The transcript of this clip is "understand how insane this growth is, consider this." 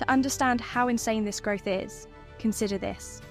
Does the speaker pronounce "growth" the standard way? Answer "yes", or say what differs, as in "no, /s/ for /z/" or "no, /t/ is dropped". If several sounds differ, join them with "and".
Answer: yes